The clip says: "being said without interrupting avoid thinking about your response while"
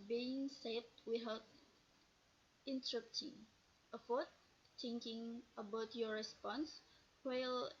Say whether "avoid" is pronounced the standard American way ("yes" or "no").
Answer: no